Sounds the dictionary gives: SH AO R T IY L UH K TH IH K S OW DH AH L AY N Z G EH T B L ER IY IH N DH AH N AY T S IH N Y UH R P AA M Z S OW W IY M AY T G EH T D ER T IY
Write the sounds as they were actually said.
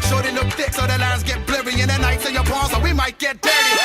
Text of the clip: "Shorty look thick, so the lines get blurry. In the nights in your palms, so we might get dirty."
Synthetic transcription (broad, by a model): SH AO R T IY L UH K TH IH K S OW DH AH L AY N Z G EH T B L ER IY IH N DH AH N AY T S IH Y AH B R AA Z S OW W IY M AY T G EH T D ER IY